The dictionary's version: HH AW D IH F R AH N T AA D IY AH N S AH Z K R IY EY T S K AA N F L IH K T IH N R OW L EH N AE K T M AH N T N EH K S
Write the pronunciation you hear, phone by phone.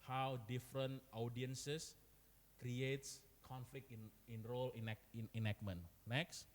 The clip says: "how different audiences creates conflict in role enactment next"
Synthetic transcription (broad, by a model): HH AW D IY F R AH N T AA D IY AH N S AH S K R IY EY T S K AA N F L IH K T IH N R OW L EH N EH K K M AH N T N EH K S